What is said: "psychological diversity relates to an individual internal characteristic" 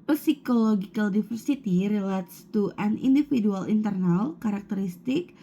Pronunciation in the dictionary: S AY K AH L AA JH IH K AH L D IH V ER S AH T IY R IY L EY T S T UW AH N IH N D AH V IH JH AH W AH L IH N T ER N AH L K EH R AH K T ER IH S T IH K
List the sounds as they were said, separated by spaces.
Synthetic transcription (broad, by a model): S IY K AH L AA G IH K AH L D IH F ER S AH T IY R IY L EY T S T UW AH N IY N D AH F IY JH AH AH L IH N T ER N AH L K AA R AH K T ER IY S T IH K